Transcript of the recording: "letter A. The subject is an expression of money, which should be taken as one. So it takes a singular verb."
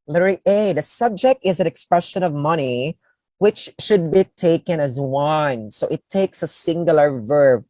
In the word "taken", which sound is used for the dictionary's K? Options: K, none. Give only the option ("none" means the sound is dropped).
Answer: K